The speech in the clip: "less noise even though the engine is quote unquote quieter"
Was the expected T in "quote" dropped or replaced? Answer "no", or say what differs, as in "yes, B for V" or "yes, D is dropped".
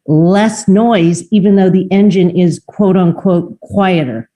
no